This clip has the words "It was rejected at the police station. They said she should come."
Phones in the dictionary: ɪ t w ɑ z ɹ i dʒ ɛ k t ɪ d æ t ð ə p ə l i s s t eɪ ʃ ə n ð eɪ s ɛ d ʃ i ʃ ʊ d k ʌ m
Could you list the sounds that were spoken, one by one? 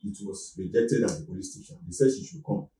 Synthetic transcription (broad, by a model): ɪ t w ɑ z ɹ i dʒ ɛ k t ɪ d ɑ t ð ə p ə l i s s t eɪ ʃ ə n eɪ s ɛ d ʃ i ʃ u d k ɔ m